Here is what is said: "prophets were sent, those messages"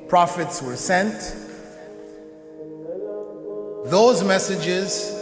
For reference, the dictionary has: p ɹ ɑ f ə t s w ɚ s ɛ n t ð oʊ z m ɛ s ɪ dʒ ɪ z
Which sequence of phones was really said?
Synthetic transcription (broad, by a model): p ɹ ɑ f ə t s w ɚ s ɛ n t ð oʊ z m ɛ s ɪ dʒ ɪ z